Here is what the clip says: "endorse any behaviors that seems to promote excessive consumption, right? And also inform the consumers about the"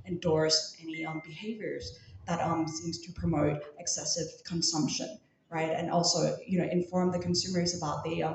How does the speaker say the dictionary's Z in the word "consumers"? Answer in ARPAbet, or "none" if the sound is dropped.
Z